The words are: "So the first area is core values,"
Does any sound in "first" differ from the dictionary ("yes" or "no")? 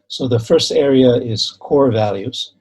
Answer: no